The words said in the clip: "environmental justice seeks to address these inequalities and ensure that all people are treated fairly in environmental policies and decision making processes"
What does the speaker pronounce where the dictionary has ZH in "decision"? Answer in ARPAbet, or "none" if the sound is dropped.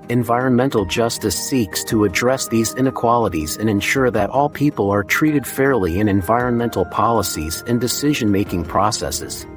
ZH